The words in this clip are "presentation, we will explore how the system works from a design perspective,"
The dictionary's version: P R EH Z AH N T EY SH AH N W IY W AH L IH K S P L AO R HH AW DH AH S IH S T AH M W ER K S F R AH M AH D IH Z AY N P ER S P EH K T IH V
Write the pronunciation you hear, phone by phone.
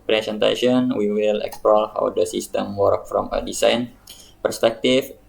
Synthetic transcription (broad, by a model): P R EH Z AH N T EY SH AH N W IY W AH L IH K S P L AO L HH AW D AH S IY S T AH M W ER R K F R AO M AH D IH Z AY N P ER S P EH K T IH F